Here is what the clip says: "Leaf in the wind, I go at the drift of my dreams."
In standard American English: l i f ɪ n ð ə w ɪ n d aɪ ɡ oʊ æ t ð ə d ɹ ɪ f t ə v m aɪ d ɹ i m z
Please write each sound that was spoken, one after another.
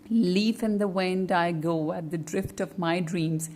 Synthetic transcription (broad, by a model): l i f ɪ n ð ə w ɪ n d aɪ ɡ oʊ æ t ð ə d ɹ ɪ f t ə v m aɪ d ɹ i m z